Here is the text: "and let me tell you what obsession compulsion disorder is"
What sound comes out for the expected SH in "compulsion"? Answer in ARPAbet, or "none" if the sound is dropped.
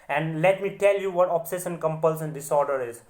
S